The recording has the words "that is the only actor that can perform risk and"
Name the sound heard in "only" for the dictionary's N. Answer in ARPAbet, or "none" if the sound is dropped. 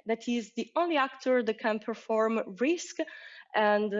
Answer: N